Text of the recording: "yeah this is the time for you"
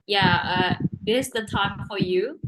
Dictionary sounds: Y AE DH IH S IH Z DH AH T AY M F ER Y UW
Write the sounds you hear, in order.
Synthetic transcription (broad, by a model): Y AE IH IH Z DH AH T AY M F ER Y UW